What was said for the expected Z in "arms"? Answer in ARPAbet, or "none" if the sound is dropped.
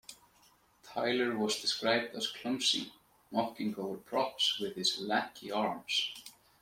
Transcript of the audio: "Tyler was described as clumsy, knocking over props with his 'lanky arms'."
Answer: S